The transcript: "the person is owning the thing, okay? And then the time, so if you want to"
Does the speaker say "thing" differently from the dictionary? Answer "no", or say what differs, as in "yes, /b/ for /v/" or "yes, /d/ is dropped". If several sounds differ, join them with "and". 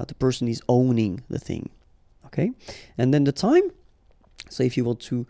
no